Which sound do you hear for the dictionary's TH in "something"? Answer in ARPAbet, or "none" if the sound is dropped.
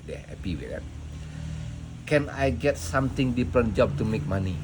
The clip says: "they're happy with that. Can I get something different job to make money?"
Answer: T